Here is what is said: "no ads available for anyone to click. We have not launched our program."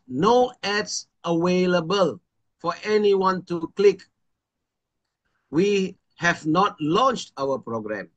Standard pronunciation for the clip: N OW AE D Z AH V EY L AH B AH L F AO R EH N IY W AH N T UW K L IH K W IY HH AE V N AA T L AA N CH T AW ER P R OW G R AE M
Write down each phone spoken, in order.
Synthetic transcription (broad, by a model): N OW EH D S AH W EY L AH B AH L F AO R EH N IY W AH N T UW K L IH K W IY HH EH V N AA T L AA N CH T AW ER P R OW G R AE M